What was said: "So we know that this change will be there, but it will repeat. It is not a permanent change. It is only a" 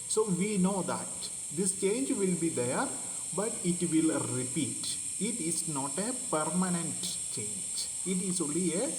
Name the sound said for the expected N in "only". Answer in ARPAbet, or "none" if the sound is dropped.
none